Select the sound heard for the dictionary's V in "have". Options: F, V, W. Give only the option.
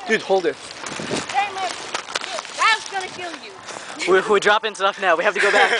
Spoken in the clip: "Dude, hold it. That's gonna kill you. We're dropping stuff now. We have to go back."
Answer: F